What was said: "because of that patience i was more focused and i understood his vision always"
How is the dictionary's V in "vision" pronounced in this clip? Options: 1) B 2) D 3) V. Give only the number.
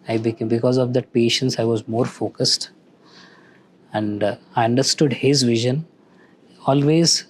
3